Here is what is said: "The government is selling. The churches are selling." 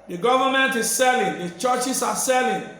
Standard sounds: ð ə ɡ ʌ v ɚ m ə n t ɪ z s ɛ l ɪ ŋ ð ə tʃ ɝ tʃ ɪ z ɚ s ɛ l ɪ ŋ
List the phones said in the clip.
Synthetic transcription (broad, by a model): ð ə ɡ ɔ v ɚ m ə n t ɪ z s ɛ l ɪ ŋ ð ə tʃ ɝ tʃ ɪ s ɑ s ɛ l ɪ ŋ